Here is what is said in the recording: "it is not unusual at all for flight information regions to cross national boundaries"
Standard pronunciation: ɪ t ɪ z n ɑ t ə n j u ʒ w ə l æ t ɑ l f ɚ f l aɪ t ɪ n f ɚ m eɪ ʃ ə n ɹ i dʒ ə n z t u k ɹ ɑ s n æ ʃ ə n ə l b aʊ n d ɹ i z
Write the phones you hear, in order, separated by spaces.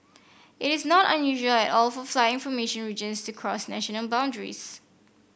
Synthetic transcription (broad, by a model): ɪ t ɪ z n ɑ t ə n j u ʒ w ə l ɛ t ɑ l f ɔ f l aɪ ɪ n f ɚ m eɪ ʃ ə n ɹ i dʒ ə n s t u k ɹ ɑ s n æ ʃ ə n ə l b aʊ n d ɹ i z